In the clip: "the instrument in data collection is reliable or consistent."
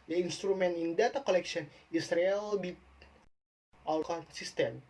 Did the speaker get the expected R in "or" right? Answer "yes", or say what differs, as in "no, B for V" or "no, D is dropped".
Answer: no, L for R